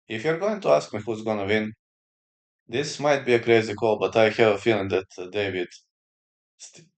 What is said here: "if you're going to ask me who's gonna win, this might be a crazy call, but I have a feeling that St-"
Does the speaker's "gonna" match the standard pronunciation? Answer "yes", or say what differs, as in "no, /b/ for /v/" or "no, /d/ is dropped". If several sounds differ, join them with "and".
yes